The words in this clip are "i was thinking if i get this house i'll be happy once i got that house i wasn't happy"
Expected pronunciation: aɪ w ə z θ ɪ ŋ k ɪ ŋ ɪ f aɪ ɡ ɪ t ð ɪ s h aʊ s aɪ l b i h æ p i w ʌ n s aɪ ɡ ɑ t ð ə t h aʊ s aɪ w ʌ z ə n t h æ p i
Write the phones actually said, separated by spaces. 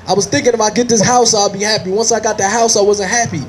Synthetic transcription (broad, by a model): aɪ w ə z θ ɪ ŋ k ɪ ŋ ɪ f aɪ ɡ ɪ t ð ɪ s h aʊ s aɪ l b i h æ p i w ʌ n s aɪ ɡ ɑ t ð ə t h aʊ s aɪ w ʌ z ə n t h æ p i